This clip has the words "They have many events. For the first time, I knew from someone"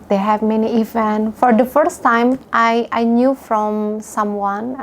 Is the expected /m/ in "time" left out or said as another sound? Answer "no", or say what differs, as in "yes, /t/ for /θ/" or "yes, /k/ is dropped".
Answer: yes, /m/ is dropped